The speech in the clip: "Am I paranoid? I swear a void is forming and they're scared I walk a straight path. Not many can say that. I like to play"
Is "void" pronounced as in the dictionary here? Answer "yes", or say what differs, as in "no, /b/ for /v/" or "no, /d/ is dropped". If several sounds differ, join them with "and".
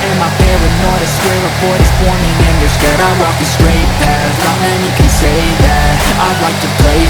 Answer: no, /p/ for /v/